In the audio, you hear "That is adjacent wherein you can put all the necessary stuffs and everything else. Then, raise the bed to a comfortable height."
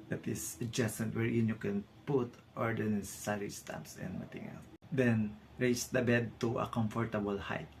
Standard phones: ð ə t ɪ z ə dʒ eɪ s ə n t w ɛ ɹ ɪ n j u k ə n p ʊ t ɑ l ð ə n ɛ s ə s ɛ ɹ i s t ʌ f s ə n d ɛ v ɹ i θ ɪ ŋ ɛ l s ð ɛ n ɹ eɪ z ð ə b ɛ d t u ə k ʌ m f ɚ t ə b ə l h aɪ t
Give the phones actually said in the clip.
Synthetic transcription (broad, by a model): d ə t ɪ s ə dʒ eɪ s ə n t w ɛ ɹ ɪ n j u k ə n p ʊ t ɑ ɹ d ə n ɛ s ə s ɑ ɹ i s t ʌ p s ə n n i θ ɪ ŋ ɛ l s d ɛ n ɹ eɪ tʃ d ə b ɛ d t u ə k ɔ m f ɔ t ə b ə l h aɪ t